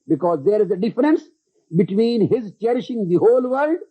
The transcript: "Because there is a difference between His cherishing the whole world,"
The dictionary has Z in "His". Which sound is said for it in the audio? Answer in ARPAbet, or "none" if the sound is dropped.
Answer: Z